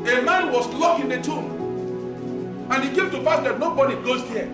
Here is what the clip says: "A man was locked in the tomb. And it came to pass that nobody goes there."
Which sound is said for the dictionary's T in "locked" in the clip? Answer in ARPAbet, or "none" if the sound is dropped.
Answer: none